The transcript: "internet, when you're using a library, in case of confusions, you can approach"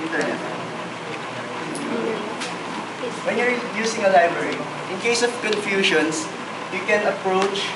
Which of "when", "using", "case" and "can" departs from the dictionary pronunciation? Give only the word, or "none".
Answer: using